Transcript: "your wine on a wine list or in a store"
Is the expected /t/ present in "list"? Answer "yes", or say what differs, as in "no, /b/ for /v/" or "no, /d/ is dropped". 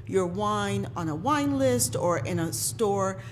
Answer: yes